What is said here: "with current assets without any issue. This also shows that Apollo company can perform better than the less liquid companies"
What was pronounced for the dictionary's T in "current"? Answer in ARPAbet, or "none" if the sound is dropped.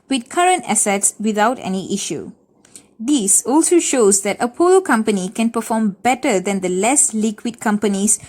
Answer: T